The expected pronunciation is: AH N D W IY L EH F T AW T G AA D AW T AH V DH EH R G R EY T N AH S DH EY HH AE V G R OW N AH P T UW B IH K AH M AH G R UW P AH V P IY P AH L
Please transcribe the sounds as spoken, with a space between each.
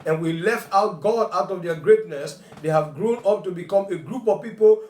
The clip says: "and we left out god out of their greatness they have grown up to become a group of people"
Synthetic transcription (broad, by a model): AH N W IY L EH F T AW T G AA D AW T AH V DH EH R G R EY T N AH S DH EY HH AE V G R OW N AH P T UW B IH K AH M AH G R UW P AH V P IY P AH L